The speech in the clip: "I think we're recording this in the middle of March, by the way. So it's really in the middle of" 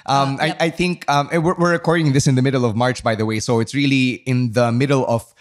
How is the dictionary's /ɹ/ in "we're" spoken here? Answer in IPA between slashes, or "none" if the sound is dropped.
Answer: /w/